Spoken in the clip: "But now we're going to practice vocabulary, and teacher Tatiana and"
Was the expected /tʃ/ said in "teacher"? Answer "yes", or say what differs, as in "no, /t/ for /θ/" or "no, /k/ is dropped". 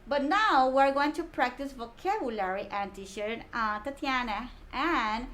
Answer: no, /ʃ/ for /tʃ/